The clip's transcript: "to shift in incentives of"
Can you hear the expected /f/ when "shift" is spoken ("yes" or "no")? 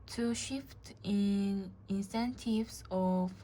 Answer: yes